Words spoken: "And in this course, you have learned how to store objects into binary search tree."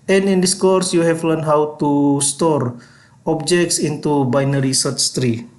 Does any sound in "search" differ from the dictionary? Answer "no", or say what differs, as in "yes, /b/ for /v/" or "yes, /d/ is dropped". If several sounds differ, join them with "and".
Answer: yes, /s/ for /tʃ/